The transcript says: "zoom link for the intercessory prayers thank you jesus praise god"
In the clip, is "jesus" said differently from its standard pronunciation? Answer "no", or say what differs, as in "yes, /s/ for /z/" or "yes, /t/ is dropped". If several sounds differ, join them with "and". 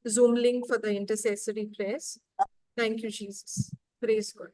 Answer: no